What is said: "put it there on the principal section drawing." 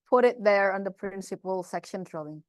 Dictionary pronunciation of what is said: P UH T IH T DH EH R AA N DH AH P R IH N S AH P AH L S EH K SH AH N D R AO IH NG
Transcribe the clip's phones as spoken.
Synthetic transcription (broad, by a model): P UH T IH T DH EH R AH N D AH P R IH N S AH P AH L S EH K SH AH N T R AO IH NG